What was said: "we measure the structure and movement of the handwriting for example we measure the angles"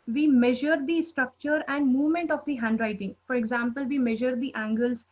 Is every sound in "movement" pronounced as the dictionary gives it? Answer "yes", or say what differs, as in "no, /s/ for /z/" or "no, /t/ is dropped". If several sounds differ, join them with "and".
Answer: yes